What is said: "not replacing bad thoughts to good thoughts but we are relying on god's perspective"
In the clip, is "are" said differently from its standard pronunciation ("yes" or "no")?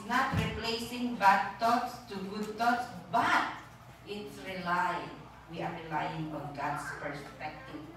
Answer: yes